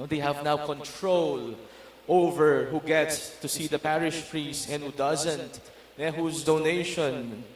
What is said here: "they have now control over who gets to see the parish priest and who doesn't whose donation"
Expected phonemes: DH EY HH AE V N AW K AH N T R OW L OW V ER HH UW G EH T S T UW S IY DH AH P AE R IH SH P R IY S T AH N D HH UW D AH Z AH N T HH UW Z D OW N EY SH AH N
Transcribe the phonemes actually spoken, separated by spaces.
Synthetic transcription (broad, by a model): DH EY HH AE V N AW K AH N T R OW L OW V ER HH UW G EH T S T UW S IY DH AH P AE R IH SH P R IY S T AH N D HH UW D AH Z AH N T HH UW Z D OW N EY SH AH N